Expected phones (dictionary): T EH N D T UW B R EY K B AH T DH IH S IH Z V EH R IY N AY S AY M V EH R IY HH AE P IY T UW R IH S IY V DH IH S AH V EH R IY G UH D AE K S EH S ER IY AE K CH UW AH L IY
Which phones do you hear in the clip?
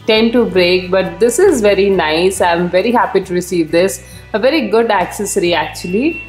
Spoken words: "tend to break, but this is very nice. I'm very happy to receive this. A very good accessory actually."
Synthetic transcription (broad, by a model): T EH N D T UW B R EY K B AH T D IH S IH Z V EH R IY N AY S AY M V EH R IY HH AE P IY T UW R IH S IY V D IH S AH V EH R IY G UH D AE K S EH S ER IY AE K CH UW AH L IY